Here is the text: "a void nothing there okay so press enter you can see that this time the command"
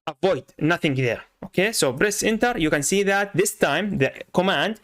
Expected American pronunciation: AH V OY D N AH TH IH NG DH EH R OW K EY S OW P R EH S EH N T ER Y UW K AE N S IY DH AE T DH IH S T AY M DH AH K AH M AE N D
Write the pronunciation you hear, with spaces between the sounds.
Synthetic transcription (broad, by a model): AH V OY D N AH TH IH NG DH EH R OW K EY S OW B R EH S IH N T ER Y UW K AE N S IY DH AE T DH IH S T AY M DH AH K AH M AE N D